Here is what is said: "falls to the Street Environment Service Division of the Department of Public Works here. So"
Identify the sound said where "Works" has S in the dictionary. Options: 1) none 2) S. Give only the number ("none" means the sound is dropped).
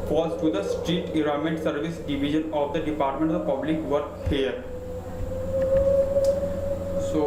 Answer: 1